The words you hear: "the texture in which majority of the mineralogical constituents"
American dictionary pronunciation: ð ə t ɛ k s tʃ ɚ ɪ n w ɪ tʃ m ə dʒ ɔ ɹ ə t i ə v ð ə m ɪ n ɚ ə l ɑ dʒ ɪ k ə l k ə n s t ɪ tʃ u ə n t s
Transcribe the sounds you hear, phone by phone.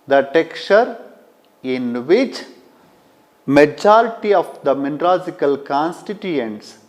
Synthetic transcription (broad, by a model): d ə t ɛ k tʃ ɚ ɪ n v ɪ tʃ m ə dʒ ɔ ɹ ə t i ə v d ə m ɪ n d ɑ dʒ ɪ k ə l k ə n s t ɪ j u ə n t s